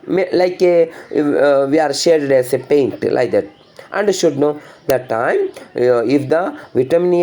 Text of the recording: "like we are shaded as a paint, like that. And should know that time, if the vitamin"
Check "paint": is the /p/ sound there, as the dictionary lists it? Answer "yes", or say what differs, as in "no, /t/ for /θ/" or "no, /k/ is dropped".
yes